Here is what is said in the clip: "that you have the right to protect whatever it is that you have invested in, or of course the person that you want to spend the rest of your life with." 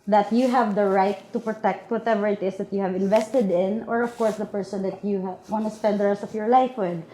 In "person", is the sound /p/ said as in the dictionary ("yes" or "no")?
yes